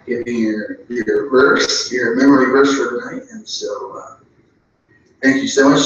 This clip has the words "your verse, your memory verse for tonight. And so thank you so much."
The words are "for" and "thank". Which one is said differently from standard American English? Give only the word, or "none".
none